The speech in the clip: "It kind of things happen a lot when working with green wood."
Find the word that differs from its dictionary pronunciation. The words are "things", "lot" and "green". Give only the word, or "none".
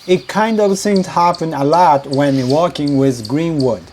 things